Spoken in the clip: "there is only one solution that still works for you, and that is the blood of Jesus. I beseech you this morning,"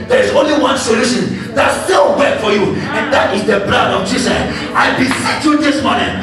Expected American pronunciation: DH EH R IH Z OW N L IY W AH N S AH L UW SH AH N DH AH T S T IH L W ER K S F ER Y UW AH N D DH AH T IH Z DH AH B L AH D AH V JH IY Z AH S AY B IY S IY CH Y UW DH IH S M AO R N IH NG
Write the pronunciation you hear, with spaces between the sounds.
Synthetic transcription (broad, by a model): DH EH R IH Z OW N L IY W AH N S AH L UW SH AH N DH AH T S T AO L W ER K F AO Y UW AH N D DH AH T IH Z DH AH B L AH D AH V JH IY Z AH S AY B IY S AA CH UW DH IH S M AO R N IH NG